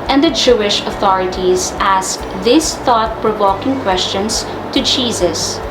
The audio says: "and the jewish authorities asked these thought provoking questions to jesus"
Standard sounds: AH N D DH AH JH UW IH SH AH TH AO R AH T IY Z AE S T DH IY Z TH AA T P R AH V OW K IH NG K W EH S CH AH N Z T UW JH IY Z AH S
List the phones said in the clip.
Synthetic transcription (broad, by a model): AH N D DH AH JH UW IH SH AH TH AO R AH T IY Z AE S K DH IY S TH AA T P R AH V OW K IH NG K W EH S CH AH N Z T UW JH IY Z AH S